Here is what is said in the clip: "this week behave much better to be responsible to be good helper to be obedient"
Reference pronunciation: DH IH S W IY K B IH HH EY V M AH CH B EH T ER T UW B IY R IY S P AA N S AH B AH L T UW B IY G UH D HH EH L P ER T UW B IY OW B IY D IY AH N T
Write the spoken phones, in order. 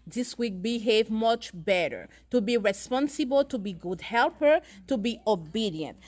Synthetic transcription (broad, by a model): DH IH S W IY K B IH HH EY V M AH CH B EH T ER T UW B IY R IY S P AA N S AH B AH L T UW B IY G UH D HH EH L P ER T UW B IY OW B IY D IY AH N T